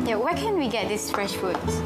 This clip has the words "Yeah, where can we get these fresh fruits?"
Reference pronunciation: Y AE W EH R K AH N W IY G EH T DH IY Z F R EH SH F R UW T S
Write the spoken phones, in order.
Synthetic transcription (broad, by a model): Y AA W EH K AH N W IY G EH T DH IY S F R EH SH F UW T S